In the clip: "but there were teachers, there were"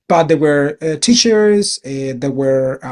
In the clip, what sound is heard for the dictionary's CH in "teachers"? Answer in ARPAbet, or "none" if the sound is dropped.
SH